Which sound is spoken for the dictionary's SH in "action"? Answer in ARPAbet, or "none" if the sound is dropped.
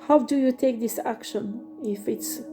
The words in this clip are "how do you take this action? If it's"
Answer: SH